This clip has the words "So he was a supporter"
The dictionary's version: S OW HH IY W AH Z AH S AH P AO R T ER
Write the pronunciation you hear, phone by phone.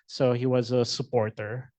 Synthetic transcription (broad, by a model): S OW HH IY W AH Z AH S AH P AO R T ER